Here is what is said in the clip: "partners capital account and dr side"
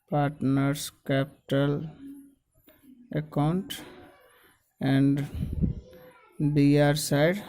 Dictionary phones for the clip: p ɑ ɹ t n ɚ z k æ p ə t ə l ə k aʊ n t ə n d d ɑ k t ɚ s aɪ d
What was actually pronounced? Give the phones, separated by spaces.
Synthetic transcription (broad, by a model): p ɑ ɹ t n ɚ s k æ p t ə l ə k aʊ n t ə n d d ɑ t s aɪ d